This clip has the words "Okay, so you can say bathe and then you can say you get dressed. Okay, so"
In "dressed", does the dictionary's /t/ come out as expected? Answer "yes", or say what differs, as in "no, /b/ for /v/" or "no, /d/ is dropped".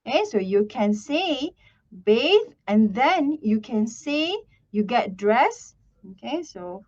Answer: no, /t/ is dropped